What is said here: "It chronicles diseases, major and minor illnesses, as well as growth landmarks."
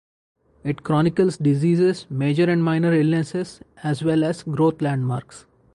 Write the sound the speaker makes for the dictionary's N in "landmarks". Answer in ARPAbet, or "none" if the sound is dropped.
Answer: N